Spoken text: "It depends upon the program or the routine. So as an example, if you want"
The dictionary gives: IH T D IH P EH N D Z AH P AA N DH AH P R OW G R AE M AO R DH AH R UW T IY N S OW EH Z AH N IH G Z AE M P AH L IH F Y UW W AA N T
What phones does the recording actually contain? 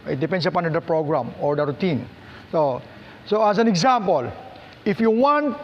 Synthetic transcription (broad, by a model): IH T D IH P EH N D S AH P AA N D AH P R OW G R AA M AO R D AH R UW T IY N S OW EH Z AH N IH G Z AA M P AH L IH F Y UW W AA N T